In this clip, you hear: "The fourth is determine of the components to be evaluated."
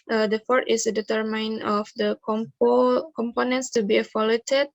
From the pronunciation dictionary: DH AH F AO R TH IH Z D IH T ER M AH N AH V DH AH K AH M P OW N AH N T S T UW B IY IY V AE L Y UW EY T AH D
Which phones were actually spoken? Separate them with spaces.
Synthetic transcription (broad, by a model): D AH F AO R T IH S D IH T ER M AH N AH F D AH K AH M P OW N AH N T S T UW B IY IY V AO L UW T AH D